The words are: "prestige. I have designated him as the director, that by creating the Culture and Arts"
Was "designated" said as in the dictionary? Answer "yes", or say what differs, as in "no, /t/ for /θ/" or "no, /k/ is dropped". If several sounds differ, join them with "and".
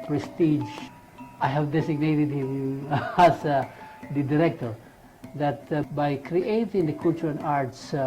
no, /s/ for /z/